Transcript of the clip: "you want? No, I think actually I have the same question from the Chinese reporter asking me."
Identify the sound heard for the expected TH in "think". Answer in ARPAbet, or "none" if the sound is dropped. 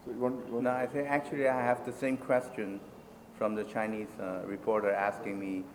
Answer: S